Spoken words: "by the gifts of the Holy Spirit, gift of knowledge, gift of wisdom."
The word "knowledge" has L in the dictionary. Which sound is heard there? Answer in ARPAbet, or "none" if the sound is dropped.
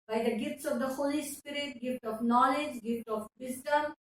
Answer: L